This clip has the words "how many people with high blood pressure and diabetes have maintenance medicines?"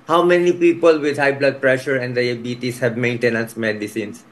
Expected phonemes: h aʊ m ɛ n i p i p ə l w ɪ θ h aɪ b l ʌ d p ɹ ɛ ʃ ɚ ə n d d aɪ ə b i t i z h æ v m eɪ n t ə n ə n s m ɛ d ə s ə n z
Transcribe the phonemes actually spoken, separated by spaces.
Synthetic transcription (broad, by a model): h aʊ m ɛ n i p i p ə l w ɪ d h aɪ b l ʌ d p ɹ ɛ ʃ ɚ ə n d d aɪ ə b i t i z h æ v m eɪ n t ə n ə n s m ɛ d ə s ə n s